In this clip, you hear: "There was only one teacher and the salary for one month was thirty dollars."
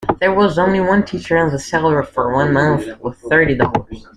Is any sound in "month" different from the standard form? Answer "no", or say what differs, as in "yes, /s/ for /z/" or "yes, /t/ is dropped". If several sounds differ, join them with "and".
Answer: no